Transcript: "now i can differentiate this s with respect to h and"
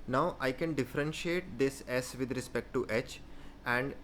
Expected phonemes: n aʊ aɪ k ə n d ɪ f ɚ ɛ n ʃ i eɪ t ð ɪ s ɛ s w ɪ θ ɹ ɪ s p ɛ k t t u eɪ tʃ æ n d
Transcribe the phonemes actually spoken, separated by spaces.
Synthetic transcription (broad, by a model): n aʊ aɪ k ə n d ɪ f ɚ ɛ n ʃ i eɪ t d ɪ s ɛ s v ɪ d ɹ ɪ s p ɛ k t t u eɪ tʃ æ n d